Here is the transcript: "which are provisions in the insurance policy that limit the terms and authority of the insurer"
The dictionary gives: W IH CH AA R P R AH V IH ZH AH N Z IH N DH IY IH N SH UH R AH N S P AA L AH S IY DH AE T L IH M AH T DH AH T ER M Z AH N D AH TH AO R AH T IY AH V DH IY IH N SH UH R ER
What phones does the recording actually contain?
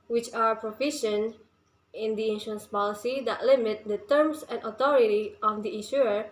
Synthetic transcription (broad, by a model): W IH CH AA R P R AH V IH SH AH N IH N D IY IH N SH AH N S P AA L AH S IY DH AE T L IH M AH T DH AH T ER M S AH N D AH T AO R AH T IY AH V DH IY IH N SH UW R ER